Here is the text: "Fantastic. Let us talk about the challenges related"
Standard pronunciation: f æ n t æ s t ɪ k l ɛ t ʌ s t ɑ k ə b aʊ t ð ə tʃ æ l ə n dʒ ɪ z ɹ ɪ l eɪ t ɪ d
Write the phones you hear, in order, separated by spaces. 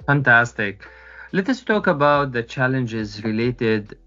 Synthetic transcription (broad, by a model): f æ n t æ s t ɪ k l ɛ t ʌ s t ɑ k ə b aʊ t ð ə tʃ æ l ə n dʒ ɪ z ɹ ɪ l eɪ t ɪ d